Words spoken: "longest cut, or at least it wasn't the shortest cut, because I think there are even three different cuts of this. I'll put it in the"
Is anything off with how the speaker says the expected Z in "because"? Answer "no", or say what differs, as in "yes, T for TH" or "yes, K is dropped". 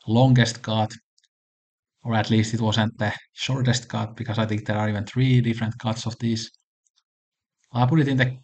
yes, S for Z